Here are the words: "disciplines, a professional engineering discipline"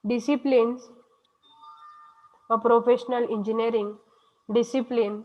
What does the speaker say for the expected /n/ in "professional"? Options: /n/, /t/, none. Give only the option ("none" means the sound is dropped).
/n/